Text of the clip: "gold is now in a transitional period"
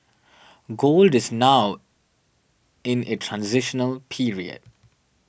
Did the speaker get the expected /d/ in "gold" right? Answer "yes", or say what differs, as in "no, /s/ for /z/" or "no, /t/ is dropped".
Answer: yes